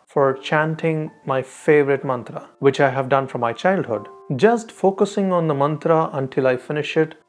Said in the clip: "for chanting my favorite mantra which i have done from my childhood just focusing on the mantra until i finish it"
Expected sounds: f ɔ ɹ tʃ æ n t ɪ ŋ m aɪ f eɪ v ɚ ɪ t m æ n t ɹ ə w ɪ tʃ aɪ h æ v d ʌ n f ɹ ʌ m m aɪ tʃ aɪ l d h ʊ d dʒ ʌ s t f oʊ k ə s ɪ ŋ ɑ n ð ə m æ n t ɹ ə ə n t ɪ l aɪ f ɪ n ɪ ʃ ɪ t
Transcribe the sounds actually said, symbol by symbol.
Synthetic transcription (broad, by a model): f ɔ ɹ tʃ æ n t ɪ ŋ m aɪ f eɪ v ɚ ɪ t m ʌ n t ɹ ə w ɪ tʃ aɪ h æ v d ʌ n f ɹ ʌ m m aɪ tʃ aɪ l d h ʊ d dʒ ʌ s t f oʊ k ə s ɪ ŋ ɑ n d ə m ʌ n t ɹ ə ə n t ɪ l aɪ f ɪ n ɪ ʃ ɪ t